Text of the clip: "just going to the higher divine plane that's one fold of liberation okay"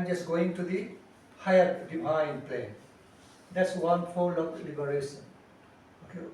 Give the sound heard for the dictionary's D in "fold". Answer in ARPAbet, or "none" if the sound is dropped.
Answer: none